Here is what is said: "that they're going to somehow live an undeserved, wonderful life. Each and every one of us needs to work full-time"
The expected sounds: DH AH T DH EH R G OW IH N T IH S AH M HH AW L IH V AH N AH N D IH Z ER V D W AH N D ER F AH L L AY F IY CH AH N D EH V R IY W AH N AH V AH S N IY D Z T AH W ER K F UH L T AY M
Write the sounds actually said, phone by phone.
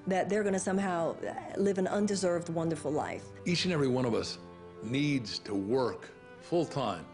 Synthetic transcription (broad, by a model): DH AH T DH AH R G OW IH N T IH S AH M HH AW L IH V AH N AH N D IH Z ER V D W AH N D ER F L L AY F IY CH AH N EH V R IY W AH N AH V AH S N IY D Z T AH W ER K F UH L T AY M